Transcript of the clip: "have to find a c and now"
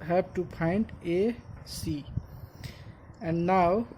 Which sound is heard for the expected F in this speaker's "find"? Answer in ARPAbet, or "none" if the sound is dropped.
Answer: P